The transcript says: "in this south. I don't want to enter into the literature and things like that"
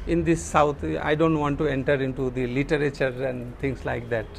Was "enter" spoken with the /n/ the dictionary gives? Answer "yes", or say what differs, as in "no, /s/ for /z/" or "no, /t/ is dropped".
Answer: yes